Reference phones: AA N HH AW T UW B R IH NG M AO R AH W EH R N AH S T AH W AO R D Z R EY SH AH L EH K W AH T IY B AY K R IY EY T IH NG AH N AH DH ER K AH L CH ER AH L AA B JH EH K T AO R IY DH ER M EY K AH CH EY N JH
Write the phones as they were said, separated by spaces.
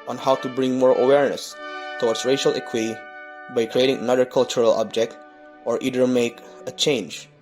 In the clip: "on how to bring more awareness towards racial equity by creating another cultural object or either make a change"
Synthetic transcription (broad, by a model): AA N HH AW T UW B R IH NG M AO R AH W EH R N AH S T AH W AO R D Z R EY SH AH L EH K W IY B AY K R IY EY T IH NG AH N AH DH ER K AH L CH ER AH L AA B JH EH K T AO R IY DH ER M EY K AH CH EY N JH